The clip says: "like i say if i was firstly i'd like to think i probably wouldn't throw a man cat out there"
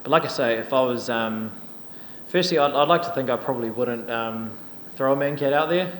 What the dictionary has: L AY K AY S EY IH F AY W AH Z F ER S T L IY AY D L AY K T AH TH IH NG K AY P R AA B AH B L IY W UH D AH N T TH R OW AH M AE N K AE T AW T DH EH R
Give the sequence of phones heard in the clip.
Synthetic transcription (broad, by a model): L AY K AY S EY IH F AY W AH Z F ER S T L IY AY D L AY K T AH TH IH NG K AY P R AA B AH B L IY W UH D N T TH R OW AH M AE N K AE T AW T DH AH R